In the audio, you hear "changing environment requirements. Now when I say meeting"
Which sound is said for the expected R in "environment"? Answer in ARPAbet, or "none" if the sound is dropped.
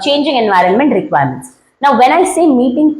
R